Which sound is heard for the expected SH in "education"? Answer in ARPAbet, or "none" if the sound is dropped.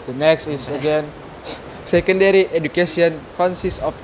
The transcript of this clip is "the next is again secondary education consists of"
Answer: S